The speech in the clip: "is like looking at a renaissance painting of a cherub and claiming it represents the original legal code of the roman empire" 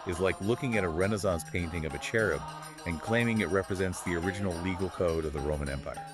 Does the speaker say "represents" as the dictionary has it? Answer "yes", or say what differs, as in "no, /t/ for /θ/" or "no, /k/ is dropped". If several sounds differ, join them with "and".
yes